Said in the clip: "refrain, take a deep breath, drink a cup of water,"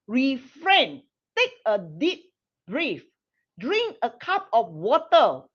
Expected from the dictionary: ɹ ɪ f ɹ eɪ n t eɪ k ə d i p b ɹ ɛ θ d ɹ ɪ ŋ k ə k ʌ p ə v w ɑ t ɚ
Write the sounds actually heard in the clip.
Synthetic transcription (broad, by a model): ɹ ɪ f ɹ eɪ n t eɪ k ə d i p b ɹ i f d ɹ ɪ ŋ k ə k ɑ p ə f w ɑ t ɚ